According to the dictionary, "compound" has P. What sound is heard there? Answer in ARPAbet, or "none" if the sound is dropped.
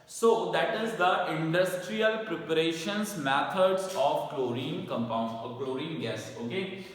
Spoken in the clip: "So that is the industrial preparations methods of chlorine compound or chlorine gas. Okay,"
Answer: P